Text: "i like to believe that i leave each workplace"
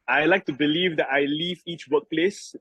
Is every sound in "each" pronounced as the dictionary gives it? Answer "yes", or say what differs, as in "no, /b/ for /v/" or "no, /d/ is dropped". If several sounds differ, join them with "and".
yes